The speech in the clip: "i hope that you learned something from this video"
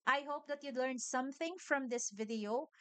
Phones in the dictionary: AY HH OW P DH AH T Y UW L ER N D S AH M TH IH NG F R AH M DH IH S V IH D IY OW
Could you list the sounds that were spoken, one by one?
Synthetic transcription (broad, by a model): AY HH OW P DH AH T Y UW L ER N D S AH M TH IH NG F R AH M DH IH S V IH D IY OW